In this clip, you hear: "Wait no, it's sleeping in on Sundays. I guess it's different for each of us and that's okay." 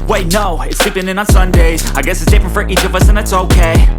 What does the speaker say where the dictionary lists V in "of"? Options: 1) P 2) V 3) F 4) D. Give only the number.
2